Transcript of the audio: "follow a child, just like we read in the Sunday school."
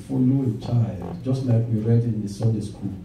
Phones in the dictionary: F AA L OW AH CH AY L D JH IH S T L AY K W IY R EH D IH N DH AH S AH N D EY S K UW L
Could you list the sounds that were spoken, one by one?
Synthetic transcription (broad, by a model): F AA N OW AH CH AY L D JH IH S T L AY K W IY R EH D IH N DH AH S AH D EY S K UW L